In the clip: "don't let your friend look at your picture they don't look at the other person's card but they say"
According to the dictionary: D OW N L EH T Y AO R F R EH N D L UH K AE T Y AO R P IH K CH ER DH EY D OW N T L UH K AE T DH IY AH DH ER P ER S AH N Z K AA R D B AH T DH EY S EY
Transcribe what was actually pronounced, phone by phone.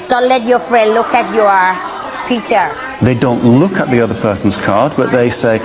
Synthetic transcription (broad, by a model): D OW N L EH T Y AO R F R EH N D L UH K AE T Y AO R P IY CH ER DH EY D OW N T L UH K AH T DH IY AH DH ER P ER S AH N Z K AA R D B AH T DH EY S EY